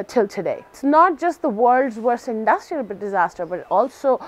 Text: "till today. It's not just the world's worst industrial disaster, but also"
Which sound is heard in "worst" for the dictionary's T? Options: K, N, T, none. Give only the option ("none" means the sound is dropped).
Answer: none